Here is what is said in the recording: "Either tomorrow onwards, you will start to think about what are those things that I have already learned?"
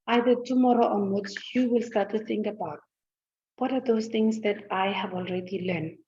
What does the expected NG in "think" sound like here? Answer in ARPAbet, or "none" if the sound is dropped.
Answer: NG